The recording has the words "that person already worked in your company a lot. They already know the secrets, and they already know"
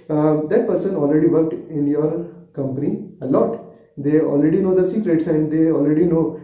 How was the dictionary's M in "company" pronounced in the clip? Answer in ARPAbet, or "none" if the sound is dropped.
M